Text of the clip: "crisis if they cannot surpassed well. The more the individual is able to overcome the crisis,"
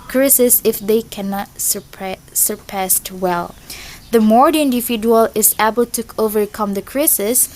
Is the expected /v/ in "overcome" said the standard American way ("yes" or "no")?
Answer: yes